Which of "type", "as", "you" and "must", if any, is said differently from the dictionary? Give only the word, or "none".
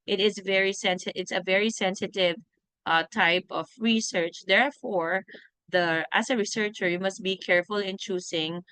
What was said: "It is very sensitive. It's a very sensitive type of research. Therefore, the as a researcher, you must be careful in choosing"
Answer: as